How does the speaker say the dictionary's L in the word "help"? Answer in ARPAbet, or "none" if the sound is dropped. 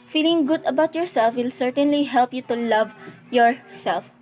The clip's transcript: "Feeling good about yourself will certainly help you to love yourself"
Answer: L